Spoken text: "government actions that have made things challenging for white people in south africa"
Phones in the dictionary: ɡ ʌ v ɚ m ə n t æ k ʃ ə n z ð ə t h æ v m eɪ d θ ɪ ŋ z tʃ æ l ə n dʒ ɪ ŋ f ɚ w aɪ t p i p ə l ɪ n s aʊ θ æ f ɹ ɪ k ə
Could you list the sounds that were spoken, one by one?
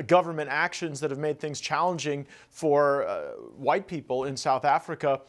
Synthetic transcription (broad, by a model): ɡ ʌ v ɚ m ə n t æ k ʃ ə n z ð ə t h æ v m eɪ d θ ɪ ŋ z tʃ æ l ə n dʒ ɪ ŋ f ɚ w aɪ t p i p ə l ɪ n s aʊ θ æ f ɹ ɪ k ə